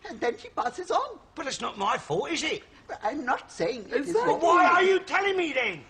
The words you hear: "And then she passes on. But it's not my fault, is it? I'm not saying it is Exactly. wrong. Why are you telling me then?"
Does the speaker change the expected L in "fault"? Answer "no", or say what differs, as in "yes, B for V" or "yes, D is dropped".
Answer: yes, L is dropped